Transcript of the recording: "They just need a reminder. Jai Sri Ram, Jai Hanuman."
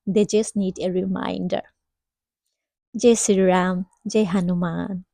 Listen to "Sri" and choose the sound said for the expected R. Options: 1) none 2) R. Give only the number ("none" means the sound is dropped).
1